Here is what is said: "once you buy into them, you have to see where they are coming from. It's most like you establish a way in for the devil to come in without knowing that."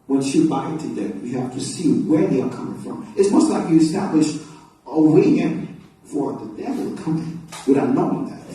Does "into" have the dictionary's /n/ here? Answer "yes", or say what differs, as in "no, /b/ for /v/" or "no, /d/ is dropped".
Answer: no, /n/ is dropped